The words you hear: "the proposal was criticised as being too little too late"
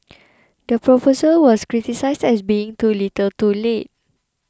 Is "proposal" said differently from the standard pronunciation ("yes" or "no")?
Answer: yes